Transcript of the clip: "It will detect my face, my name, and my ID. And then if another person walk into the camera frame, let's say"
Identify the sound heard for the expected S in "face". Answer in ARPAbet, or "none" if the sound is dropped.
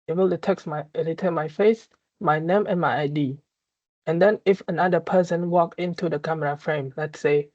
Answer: S